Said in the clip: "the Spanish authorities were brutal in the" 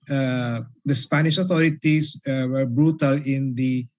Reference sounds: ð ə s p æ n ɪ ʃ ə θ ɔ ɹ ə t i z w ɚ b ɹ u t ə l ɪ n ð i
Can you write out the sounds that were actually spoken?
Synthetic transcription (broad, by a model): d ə s p æ n ɪ ʃ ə t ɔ ɹ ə t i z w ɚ b ɹ u t ə l ɪ n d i